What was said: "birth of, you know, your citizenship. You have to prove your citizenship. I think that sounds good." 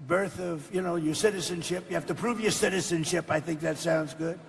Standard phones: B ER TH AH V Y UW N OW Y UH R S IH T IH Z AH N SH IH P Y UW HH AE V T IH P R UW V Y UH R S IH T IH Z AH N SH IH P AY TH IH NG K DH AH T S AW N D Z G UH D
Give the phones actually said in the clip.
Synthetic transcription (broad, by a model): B ER TH AH V Y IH N OW Y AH R S IH T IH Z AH N SH IH P Y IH HH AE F T IH P R UW V Y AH R S IH T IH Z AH N SH IH P AY TH IH NG K DH AH T S AW N D Z G UH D